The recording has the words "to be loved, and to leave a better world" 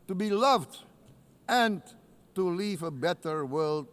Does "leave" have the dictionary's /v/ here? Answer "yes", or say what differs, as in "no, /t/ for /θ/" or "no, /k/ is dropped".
yes